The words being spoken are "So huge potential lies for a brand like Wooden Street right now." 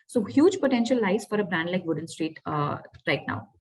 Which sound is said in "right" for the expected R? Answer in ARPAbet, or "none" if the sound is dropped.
R